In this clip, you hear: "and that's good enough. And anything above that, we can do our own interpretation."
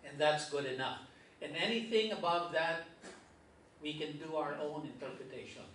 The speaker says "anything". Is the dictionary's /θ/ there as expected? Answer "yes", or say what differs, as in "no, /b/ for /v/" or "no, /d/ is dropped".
yes